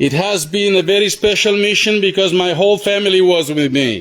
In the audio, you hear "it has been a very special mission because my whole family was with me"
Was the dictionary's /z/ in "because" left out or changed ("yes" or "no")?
no